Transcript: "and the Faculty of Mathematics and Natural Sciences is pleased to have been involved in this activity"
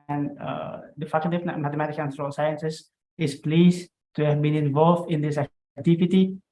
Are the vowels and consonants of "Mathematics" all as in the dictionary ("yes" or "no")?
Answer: no